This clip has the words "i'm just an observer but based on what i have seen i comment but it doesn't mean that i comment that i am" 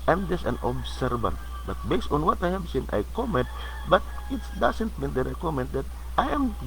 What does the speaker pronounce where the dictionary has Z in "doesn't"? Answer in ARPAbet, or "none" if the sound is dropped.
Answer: S